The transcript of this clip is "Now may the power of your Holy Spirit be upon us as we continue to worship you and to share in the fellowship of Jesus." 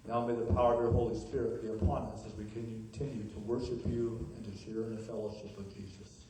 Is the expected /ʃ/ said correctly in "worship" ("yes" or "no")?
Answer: yes